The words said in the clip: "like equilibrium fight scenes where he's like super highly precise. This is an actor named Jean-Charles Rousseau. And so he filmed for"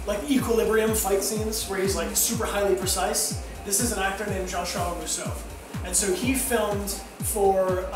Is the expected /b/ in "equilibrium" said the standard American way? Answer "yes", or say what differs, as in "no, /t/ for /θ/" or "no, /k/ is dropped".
yes